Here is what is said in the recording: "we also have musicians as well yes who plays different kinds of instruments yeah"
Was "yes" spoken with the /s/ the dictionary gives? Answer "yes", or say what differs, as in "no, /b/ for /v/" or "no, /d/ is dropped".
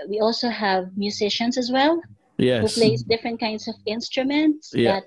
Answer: no, /s/ is dropped